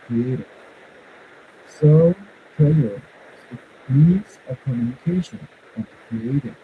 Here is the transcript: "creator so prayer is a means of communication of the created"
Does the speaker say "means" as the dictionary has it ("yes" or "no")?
no